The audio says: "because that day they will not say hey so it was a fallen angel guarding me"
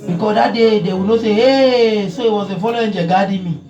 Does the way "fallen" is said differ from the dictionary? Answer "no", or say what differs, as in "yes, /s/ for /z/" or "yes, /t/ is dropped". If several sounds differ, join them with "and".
yes, /n/ is dropped